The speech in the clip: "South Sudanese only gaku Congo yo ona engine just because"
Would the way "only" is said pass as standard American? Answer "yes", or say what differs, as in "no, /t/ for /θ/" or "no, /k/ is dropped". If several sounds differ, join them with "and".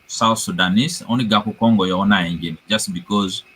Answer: no, /l/ is dropped